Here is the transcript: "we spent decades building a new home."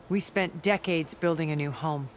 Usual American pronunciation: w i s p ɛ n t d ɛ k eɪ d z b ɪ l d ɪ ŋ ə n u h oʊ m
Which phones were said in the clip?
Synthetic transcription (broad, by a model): w i s p ɛ n d ɛ k eɪ d z b ɪ l d ɪ ŋ ə n u h oʊ m